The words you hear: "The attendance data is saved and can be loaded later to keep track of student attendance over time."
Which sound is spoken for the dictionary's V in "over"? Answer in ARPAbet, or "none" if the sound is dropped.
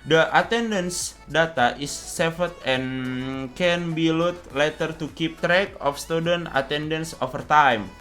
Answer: F